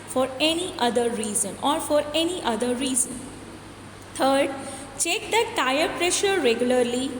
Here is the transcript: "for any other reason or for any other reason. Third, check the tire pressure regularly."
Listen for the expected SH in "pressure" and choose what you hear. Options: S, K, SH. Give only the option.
SH